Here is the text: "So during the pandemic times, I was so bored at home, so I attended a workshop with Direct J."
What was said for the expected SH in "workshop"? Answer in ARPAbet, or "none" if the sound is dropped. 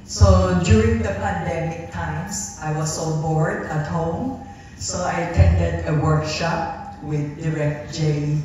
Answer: SH